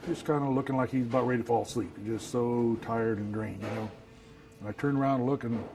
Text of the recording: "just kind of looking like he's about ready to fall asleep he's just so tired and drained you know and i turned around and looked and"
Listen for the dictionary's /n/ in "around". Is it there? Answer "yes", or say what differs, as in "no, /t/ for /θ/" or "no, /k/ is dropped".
no, /n/ is dropped